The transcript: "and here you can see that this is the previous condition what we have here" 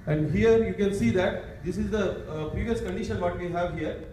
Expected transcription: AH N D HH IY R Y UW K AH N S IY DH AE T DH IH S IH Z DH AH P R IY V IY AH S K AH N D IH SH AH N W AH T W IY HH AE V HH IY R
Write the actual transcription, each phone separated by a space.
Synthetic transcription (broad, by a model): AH N D HH IY R Y UW K AH N S IY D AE T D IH S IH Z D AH P R IY V IY AH S K AH N D IH SH AH N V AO T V IY HH AE V HH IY R